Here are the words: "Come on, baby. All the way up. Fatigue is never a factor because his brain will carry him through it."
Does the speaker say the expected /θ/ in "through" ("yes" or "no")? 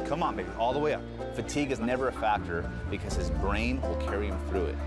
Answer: yes